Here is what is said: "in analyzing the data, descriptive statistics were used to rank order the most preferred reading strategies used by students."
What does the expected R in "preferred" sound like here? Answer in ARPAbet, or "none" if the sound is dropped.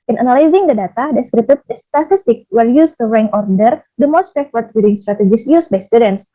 none